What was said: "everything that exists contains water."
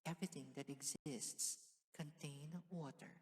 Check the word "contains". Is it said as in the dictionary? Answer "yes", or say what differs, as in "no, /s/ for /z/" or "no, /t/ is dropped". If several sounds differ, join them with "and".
no, /z/ is dropped